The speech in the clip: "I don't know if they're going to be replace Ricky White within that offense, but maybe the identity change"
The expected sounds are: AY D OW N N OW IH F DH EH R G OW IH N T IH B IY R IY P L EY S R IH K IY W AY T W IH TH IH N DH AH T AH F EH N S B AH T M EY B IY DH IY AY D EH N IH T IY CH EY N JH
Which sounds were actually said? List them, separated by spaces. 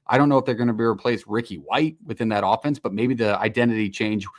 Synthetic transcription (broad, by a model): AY D OW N N OW IH F DH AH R G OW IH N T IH B IY R IY P L EY S R IH K IY W AY T W IH TH IH N DH AH T AH F EH N S B AH T M EY B IY DH IY AY D EH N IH T IY CH EY N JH